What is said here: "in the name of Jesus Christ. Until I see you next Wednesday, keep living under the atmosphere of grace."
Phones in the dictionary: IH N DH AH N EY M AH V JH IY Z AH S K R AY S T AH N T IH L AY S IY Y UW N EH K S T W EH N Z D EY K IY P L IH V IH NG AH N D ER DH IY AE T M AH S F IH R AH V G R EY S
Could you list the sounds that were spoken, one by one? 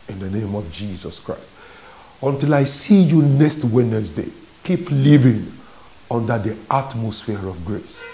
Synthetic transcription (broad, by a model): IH N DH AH N EY M AH V JH IY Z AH S K R AY S T AH N T IH L AY S IY Y UW N EH K S T W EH N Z D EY K IY P L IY V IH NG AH N D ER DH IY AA T M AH S F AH R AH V G R EY S